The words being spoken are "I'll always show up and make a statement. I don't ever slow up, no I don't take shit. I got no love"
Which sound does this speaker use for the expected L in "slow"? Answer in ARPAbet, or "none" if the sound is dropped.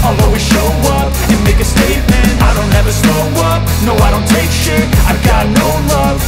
none